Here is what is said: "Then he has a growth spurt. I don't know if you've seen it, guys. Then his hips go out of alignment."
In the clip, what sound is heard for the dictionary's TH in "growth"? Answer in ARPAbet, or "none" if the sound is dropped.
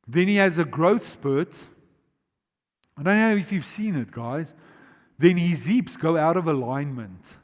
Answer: TH